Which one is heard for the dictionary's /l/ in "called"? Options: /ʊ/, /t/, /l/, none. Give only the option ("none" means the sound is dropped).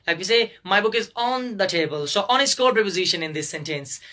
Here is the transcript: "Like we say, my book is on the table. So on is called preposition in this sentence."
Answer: none